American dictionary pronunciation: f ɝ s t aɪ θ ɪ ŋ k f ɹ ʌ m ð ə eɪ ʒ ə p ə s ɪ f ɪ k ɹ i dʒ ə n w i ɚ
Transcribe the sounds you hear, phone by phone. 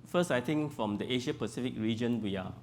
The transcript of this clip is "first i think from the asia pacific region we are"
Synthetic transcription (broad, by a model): f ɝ s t aɪ t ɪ ŋ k f ɹ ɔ m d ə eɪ ʃ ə p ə s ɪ f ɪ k ɹ i dʒ ə n w i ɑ